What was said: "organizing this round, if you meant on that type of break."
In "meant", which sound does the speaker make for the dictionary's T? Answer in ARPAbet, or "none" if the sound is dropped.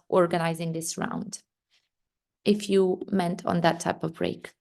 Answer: T